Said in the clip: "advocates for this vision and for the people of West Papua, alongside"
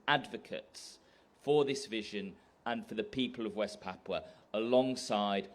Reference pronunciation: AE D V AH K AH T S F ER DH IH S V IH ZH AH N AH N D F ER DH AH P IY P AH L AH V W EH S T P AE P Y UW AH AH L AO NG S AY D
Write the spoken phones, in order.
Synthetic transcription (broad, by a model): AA D V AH K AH T S F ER DH IH S V IH ZH AH N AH N F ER DH AH P IY P AH L AH V W EH S P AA P AH AH L AO NG S AY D